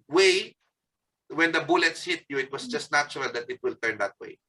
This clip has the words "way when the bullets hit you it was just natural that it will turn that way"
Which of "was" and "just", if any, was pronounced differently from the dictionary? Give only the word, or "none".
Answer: was